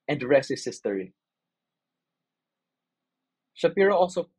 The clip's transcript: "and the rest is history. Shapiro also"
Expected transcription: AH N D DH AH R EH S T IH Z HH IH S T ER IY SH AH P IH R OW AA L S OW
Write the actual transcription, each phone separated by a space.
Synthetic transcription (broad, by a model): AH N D R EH S IH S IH S T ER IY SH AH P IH R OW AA L S OW